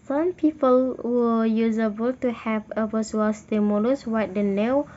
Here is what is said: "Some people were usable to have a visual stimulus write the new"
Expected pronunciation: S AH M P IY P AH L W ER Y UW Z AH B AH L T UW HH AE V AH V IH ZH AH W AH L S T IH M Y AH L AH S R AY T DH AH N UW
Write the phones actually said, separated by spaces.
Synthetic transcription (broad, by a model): S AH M P IY P AH L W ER Y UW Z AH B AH L T UW HH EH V AH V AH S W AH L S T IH M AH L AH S W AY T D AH N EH